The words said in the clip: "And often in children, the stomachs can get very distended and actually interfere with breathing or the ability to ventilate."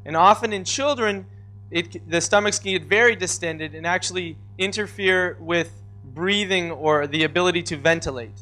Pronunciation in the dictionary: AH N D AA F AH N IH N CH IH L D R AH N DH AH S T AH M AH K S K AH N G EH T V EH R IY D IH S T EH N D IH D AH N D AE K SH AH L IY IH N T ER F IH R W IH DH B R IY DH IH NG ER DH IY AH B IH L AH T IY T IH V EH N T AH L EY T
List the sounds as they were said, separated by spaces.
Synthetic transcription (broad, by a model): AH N AA F AH N IH N CH IH L D R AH N DH AH S T AH M AH K S K AH N G EH T V EH R IY D IH S T EH N D IH D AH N AE K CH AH L IY IH N T ER F IH R W IH DH B R IY DH IH NG ER DH IY AH B IH L AH T IY T IH V EH N T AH L EY T